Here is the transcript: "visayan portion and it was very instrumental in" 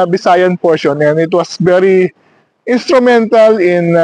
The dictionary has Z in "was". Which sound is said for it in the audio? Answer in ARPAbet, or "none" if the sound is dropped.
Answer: S